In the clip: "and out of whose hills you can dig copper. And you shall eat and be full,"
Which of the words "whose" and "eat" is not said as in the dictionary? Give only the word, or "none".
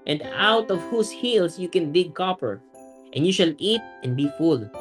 whose